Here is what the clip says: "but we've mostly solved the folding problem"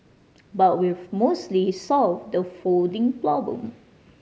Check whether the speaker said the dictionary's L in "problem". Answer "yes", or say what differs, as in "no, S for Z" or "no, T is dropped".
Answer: no, L is dropped